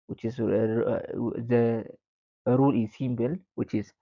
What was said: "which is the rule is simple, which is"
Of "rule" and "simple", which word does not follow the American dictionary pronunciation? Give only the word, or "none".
simple